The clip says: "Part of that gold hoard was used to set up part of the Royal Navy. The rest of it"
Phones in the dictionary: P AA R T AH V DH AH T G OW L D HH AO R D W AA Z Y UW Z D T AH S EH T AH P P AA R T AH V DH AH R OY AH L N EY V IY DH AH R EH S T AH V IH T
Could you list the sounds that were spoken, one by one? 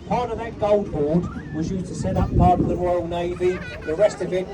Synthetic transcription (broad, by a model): P AA R T AH V DH AH T G OW L D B AO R D W AA Z Y UW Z T AH S EH T AH P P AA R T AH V DH AH R OY AH L N EY V IY DH AH R EH S T AH V IH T